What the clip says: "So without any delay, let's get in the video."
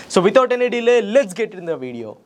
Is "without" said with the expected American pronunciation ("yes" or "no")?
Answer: no